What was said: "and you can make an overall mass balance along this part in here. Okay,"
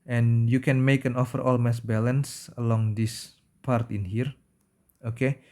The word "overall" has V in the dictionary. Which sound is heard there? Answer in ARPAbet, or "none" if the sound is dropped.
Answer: F